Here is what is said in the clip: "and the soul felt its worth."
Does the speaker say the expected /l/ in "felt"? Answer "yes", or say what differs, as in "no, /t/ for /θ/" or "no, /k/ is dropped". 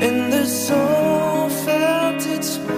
no, /n/ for /l/